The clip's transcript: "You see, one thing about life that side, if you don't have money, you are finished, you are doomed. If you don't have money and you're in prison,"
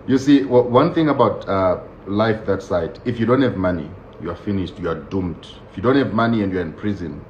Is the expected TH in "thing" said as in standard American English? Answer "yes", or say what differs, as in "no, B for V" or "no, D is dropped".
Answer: yes